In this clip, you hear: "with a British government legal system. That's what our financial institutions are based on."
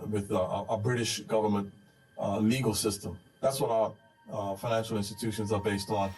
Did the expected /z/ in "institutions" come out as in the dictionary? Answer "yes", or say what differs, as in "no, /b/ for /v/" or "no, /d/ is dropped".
yes